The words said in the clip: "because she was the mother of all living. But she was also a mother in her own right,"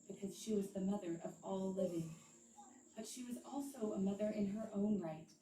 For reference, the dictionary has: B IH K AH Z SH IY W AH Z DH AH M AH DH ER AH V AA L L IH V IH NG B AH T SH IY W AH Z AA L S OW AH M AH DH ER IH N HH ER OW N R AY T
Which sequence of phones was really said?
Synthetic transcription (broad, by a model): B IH K AH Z SH IY W AH Z DH AH M AH DH ER AH V AA L L IH V IH NG B AH T SH IY W AH Z AA L S OW AH M AH DH ER IH N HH ER OW N R AY T